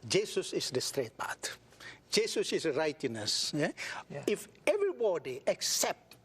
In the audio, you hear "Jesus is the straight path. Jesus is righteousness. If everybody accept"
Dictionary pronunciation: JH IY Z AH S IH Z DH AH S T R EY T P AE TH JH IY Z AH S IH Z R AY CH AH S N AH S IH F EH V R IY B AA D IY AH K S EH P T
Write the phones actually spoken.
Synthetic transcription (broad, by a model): JH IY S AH S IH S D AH S T R EY T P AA T JH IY S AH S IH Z R AY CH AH N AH S IH F EH V R IY B AA D IY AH K S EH P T